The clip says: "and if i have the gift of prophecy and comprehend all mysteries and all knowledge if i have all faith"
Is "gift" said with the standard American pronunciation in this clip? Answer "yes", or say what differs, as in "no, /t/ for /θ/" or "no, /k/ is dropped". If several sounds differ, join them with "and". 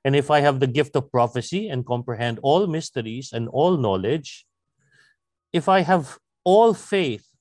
yes